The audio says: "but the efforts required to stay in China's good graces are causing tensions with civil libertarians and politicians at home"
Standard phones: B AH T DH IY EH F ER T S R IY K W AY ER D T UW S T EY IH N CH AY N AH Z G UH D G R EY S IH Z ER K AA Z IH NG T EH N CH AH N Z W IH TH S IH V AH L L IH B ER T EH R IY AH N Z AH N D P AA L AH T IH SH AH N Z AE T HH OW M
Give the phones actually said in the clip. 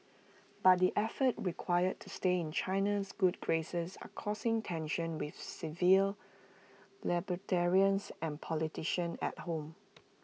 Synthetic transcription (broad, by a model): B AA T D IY EH F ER T R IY K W AY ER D T UW S T EY IH N CH AY N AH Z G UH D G R EY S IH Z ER K AA S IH NG T EH N SH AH N W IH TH S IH V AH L L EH B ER T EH R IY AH N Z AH N P AA L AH T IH SH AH N EH T HH OW M